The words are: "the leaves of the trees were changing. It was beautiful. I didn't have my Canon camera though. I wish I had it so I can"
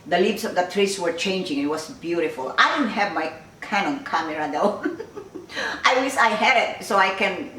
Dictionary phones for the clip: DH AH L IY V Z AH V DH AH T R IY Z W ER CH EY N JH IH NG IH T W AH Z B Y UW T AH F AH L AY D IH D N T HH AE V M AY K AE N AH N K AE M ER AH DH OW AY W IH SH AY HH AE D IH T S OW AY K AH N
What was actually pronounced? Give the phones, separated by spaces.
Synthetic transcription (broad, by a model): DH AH L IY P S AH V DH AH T R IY S W ER CH EY N JH IH NG IH T W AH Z B Y UW T AH F AH L AY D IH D N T HH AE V M AY K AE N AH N K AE M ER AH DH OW AY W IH S AY HH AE D IH T S OW AY K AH N